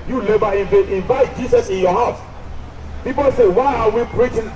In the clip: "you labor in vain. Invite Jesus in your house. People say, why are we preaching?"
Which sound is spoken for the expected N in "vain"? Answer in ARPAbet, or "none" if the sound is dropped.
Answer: none